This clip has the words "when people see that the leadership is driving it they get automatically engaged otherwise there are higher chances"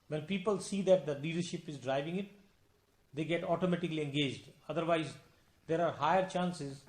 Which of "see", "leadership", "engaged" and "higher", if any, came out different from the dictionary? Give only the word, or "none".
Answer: none